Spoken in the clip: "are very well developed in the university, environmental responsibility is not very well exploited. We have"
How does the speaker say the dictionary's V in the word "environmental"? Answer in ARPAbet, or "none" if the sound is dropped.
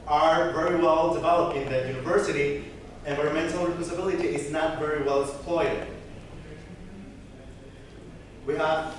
W